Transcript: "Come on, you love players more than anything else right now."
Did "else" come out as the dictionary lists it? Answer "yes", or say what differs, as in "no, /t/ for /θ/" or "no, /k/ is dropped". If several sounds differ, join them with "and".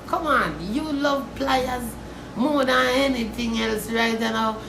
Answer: yes